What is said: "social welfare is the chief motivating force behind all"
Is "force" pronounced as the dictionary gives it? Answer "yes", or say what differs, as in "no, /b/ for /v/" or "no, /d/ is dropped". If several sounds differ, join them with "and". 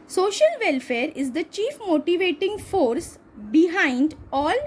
yes